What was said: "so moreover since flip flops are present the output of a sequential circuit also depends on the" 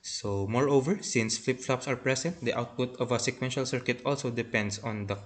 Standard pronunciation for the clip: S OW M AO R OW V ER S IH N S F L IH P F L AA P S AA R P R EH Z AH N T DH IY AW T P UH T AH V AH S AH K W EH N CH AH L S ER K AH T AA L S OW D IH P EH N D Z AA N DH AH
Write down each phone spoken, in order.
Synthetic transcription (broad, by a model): S OW M AO R OW V ER S IH N S F L IH P F L AA P S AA R P R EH S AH N T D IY AW T P UH T AH V AH S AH K W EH N SH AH L S ER K AH T AA L S OW D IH P EH N D S AA N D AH